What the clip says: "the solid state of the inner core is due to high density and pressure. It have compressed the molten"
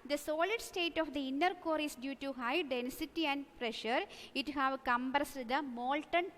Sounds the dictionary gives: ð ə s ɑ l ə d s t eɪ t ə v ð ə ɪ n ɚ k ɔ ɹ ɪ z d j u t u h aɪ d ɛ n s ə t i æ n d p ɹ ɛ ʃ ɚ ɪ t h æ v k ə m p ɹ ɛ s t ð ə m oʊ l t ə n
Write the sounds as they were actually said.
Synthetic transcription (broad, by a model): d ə s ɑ l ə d s t eɪ t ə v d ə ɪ n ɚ k ɔ ɹ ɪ s d j u t u h aɪ d ɛ n s ə t i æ n d p ɹ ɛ ʃ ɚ ɪ t h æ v k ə m b ɹ s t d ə m oʊ l t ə n